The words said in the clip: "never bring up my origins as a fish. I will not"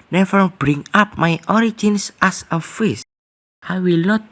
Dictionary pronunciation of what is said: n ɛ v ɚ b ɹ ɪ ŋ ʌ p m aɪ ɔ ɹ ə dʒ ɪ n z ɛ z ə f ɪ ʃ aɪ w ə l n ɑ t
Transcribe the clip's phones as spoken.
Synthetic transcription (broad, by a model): n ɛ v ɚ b ɹ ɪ ŋ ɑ p m aɪ ɔ ɹ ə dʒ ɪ n s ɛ s ə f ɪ s aɪ w ə l n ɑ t